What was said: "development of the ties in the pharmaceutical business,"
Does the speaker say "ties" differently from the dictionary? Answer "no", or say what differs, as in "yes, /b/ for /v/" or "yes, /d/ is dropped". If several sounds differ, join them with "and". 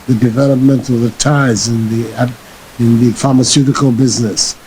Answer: no